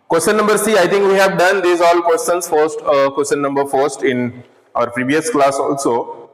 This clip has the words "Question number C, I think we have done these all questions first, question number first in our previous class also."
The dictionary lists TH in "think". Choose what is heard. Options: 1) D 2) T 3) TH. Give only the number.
2